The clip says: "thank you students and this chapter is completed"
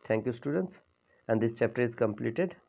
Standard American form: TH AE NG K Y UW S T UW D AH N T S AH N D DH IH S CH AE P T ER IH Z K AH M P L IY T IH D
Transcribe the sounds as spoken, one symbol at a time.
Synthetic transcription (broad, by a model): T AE NG K Y UW S T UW D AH N T S AH N D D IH S CH AE P T ER IH Z K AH M P L IY T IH D